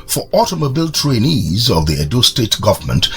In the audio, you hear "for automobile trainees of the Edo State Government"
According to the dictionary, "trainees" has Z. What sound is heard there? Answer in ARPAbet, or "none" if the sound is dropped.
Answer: Z